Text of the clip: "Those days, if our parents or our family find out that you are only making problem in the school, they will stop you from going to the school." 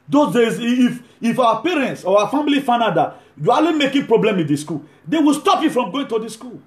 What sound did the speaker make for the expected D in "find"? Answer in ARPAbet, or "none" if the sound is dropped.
none